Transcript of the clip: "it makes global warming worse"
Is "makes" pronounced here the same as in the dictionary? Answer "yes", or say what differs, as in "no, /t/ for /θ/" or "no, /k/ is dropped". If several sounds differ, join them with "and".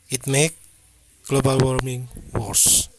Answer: no, /s/ is dropped